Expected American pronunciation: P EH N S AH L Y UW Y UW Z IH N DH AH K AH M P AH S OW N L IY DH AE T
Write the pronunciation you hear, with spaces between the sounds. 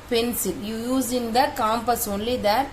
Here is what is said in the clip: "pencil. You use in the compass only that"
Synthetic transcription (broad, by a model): P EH N S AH L Y UW Y UW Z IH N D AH K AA M P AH S OW N L IY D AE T